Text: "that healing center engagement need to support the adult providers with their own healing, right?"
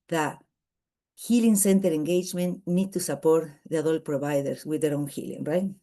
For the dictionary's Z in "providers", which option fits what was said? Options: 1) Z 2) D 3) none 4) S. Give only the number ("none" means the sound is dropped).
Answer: 4